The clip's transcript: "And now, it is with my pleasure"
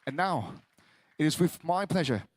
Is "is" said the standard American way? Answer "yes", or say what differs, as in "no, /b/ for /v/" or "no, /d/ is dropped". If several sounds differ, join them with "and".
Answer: yes